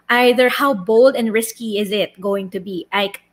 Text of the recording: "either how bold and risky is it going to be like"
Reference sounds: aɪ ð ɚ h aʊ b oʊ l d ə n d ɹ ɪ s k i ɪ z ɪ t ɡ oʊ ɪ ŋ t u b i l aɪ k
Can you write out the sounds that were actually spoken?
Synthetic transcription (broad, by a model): aɪ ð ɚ h aʊ b oʊ l d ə n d ɹ ɪ s k i ɪ z ɪ t ɡ oʊ ɪ ŋ t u b i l aɪ k